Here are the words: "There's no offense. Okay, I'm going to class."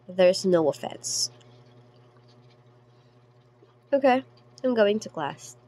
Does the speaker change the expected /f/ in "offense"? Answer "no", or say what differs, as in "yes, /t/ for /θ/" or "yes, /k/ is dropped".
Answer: no